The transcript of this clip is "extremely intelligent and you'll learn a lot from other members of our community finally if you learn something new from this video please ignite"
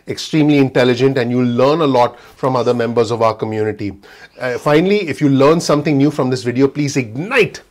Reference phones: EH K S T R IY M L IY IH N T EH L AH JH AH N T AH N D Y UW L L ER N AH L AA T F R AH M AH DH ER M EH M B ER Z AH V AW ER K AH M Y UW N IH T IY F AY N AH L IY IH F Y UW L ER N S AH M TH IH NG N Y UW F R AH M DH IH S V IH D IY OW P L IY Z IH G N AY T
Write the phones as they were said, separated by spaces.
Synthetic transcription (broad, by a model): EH K S T R IY M L IY IH N T EH L AH JH AH N T AH N D Y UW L L ER N AH L AA T F R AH M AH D ER M EH M B ER Z AH V AW ER K AH M Y UW N IH T IY F AY N AH L IY IH F Y UW L ER N S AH M T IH NG N Y UW F R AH M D IH S V IH D IY OW P L IY Z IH G N AY T